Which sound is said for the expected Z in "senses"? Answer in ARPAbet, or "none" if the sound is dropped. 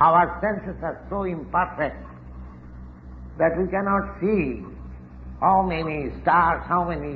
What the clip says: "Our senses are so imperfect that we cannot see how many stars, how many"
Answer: S